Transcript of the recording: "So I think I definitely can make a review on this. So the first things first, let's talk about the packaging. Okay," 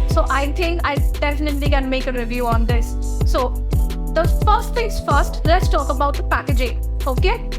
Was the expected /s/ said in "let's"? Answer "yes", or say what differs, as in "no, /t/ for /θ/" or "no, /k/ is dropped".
yes